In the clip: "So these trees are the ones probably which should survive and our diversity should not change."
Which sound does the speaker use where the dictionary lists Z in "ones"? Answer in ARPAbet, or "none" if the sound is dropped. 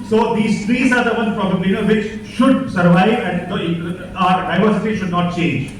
none